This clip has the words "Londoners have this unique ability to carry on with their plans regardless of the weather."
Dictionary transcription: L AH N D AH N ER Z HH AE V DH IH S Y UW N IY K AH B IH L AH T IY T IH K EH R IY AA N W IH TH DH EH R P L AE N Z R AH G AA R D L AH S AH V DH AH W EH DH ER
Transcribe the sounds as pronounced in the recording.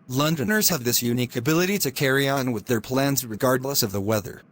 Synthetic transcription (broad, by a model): L AH N D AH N ER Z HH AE V DH IH S Y UW N IY K AH B IH L AH T IY T IH K EH R IY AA N W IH DH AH R P L AE N Z R AH G AA R D L AH S AH V DH AH W EH DH ER